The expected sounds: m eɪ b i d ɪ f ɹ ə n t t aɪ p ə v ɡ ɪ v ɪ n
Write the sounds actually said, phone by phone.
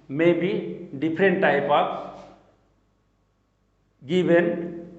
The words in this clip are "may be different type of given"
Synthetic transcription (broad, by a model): m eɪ b i d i p ɹ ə n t t aɪ p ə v ɡ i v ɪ n